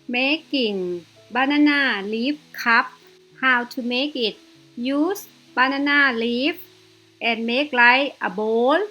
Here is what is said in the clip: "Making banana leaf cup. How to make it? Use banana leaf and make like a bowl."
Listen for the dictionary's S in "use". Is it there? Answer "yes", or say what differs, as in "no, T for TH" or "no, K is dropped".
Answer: yes